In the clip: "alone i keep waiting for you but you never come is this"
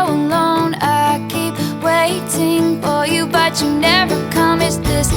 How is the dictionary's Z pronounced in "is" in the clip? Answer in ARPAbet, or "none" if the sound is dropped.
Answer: S